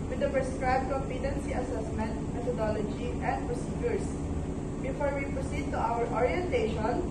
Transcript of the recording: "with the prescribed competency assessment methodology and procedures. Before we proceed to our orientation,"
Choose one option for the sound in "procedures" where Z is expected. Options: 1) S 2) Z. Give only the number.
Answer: 1